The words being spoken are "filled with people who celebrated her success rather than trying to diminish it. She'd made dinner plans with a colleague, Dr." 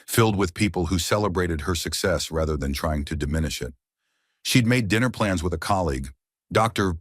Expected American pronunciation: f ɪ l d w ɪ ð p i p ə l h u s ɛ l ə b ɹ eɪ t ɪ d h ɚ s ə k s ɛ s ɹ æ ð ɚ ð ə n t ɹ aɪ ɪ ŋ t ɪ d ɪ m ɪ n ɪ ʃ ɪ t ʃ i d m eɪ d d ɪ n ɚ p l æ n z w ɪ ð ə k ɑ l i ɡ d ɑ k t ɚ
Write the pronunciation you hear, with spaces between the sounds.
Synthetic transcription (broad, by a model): f ɪ l d w ɪ ð p i p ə l h u s ɛ l ə b ɹ eɪ t ɪ d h ɚ s ə k s ɛ s ɹ æ ð ɚ ð ə n t ɹ aɪ ɪ ŋ t ɪ d ɪ m ɪ n ɪ ʃ ɪ t ʃ i d m eɪ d d ɪ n ɚ p l æ n z w ɪ ð ə k ɑ l i ɡ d ɑ k t ɚ